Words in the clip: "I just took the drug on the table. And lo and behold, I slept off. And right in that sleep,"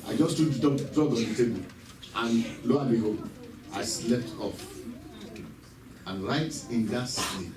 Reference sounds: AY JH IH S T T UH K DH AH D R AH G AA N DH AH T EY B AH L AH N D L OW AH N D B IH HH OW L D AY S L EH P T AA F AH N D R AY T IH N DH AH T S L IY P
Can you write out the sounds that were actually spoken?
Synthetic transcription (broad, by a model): AY JH IH S T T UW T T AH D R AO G AA N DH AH T EY B AH L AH N L OW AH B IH HH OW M AY S L EH P T AA F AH N R AY T IH N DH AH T S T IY